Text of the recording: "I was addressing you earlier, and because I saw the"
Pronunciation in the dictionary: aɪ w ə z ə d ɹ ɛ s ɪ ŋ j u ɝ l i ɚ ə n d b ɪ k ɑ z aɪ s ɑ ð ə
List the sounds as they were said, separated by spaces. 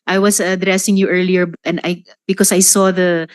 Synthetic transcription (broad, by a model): aɪ w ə s ə d ɹ ɛ s ɪ ŋ j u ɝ l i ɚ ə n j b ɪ k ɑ s aɪ s ɑ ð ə